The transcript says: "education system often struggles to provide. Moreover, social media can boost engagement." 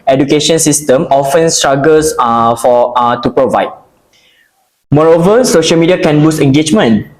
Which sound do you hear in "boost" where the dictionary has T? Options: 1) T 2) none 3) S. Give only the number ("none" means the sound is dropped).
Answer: 2